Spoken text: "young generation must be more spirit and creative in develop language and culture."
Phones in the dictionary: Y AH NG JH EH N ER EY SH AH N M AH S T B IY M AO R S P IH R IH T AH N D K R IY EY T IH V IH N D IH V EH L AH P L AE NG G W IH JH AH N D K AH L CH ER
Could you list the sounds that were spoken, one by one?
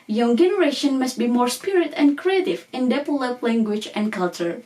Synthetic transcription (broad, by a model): Y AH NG JH EH N ER EY SH AH N M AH S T B IY M AO R S P IH R IH T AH N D K R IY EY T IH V IH N D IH P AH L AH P L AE NG G W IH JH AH N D K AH L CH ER